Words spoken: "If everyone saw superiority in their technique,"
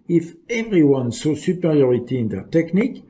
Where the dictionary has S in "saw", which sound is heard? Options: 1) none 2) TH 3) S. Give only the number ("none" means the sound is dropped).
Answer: 3